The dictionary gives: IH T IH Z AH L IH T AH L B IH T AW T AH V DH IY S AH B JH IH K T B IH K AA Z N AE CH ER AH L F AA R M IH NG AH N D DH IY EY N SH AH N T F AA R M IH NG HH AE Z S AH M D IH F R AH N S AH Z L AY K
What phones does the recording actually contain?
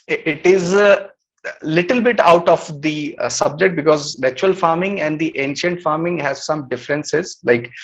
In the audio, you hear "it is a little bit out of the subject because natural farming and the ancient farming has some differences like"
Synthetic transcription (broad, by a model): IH T IH Z L IH T AH L B IH T AW T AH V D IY S AH B JH IH K T B IH K AA Z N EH CH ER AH L F AA R M IH NG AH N D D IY EY N SH AH N T F AA R M IH NG HH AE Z S AH M D IH F R AH N S AH Z L AY K